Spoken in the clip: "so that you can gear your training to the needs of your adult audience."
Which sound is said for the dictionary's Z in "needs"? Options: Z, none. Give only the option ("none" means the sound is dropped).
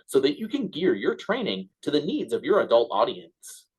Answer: Z